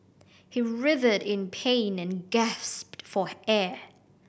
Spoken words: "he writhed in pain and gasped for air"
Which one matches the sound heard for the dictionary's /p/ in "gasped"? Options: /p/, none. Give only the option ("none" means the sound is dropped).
/p/